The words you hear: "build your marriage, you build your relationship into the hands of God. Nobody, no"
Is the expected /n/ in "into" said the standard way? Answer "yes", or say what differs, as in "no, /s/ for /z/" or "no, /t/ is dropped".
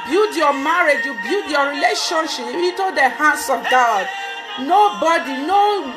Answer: no, /n/ is dropped